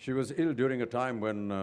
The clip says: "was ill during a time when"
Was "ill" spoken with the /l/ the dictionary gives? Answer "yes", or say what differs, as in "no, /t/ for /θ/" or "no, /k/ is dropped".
yes